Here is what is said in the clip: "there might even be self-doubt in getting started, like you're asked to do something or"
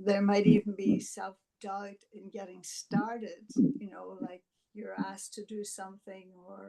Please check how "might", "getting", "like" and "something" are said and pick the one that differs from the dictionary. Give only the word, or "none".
none